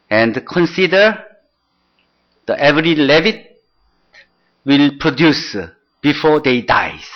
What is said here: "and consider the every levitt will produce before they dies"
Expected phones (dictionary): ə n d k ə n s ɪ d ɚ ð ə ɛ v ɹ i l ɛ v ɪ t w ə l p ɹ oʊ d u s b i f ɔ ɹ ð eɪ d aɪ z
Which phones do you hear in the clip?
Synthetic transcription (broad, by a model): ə n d k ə n s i d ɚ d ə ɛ v ɹ i l ɛ v ɪ t w ə l p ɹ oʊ d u s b i f ɔ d eɪ d aɪ